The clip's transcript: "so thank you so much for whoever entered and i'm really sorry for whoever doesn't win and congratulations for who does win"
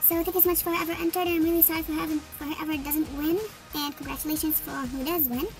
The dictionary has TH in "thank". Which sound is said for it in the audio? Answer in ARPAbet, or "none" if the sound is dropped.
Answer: T